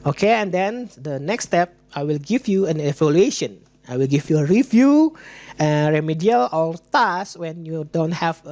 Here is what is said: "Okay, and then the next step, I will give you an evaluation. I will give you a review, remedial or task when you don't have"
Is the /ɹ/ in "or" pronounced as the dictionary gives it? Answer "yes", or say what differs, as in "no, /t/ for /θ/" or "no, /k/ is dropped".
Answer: no, /l/ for /ɹ/